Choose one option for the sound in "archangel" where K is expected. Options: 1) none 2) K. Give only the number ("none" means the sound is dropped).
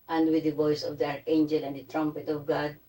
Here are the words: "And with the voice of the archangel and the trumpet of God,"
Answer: 1